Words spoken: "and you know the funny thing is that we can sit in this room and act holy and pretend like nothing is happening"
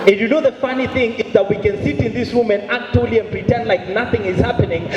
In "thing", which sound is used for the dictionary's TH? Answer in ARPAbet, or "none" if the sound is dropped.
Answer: TH